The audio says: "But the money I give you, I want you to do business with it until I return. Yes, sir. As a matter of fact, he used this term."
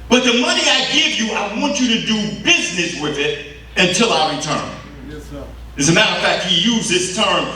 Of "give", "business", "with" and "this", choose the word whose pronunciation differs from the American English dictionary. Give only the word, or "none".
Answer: none